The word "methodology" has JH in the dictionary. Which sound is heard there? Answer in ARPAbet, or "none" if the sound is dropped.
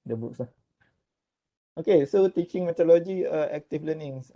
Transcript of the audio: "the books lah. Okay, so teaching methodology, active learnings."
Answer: none